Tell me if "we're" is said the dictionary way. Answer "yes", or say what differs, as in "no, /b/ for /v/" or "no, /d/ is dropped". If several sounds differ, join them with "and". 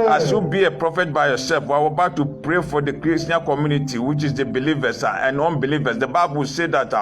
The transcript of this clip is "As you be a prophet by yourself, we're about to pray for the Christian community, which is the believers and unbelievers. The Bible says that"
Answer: no, /w/ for /ɹ/